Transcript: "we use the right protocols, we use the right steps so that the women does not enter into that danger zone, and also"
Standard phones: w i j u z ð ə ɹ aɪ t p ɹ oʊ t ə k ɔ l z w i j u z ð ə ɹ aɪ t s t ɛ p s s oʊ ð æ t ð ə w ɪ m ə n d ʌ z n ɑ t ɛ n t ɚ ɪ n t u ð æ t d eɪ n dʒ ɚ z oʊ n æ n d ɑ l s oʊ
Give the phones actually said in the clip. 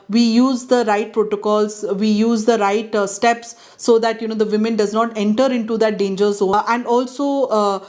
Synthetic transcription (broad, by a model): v i j u z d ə ɹ aɪ t p ɹ oʊ t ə k ɔ l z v i j u z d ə ɹ aɪ t s t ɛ p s s oʊ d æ t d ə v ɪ m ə n d ʌ z n ɑ t ɛ n t ɚ ɪ n t u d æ t d eɪ n dʒ ɚ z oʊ æ n d ɑ l s oʊ